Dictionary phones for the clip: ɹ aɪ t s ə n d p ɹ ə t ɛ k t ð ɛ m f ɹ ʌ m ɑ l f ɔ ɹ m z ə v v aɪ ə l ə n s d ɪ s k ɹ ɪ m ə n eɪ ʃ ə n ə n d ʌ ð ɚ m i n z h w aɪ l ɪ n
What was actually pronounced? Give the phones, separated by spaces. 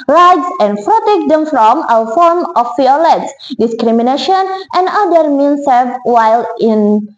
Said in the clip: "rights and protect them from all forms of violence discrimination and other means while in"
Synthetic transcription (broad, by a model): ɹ aɪ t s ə n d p ɹ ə t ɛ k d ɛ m f ɹ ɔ m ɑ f ɔ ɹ m ə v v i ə l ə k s d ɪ s k ɹ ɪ m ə n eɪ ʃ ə n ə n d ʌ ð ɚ m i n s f w aɪ l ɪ n